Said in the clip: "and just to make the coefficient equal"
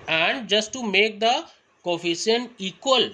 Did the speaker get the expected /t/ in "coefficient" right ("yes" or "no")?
no